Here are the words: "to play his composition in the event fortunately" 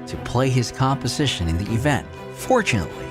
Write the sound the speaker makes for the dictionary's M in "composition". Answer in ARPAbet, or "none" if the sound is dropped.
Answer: M